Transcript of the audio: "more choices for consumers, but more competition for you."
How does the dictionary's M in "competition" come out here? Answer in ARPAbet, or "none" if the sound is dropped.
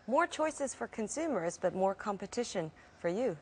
M